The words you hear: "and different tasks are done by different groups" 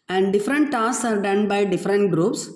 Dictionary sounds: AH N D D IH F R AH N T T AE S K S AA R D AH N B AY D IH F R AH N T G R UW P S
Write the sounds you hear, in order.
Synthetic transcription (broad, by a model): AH N D D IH F R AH N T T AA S S AA R D AH N B AY D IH F R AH N T G R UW P S